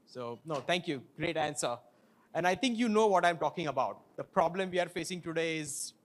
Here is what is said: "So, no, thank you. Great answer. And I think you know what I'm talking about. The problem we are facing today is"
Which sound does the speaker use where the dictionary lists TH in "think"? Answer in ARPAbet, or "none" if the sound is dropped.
T